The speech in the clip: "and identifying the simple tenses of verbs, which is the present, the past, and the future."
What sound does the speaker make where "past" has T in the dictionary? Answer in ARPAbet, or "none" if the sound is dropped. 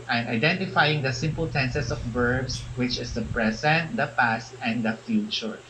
T